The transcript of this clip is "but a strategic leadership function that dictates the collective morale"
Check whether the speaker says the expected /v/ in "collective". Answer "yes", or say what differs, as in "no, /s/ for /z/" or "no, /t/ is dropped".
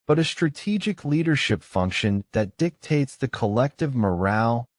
yes